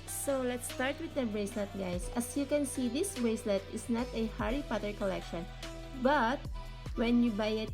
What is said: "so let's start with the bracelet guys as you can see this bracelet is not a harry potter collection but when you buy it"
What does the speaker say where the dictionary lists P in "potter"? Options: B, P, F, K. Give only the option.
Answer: P